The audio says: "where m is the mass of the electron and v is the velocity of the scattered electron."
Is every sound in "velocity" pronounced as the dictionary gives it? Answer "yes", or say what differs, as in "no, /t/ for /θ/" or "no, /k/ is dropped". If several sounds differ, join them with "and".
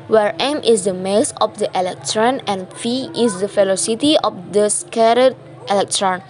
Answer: no, /f/ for /v/